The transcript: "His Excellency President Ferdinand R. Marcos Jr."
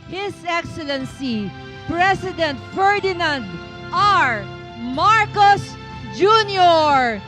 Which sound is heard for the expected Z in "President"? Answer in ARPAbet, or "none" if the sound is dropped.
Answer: S